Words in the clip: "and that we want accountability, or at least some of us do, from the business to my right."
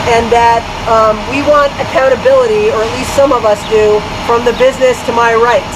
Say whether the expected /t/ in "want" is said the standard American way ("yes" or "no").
yes